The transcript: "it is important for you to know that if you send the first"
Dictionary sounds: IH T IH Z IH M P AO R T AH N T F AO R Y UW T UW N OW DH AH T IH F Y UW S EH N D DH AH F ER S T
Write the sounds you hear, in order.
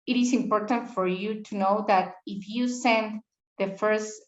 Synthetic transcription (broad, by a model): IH T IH S IH M P AO R T AH N T F AO R Y UW T UW N OW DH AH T IH F Y UW S EH N D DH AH F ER S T